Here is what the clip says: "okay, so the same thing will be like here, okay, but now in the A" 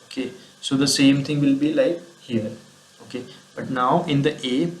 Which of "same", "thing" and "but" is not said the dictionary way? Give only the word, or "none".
thing